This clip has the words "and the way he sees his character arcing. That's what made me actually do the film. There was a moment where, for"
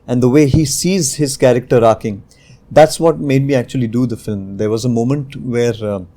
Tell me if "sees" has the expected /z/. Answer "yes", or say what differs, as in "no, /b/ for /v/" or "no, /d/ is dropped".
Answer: yes